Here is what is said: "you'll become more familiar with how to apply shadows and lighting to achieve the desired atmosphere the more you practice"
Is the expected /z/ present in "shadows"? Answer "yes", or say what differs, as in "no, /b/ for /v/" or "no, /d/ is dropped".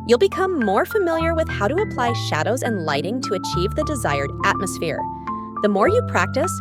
yes